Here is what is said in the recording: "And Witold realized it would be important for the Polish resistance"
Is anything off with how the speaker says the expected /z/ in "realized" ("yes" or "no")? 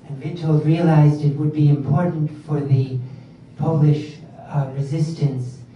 no